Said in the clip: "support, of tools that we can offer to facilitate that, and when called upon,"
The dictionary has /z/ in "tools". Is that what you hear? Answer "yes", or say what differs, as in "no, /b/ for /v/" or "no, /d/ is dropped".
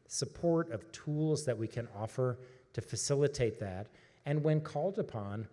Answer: yes